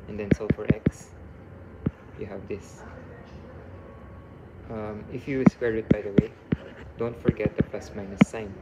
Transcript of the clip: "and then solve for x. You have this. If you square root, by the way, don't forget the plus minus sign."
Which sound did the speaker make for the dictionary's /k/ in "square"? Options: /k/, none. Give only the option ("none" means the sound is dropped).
none